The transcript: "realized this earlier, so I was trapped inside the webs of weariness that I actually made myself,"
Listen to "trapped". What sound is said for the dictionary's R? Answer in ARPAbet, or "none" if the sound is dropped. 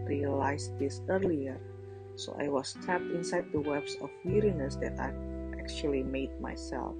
none